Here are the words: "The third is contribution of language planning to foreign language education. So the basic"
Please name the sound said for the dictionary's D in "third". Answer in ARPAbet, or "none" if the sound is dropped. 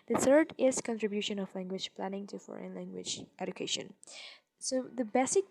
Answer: D